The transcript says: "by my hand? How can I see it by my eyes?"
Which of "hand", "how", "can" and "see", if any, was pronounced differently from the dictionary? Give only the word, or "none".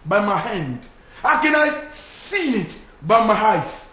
none